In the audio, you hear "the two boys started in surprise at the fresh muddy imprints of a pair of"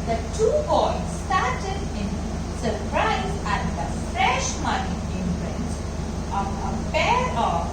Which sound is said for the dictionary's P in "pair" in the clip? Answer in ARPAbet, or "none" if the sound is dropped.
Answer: F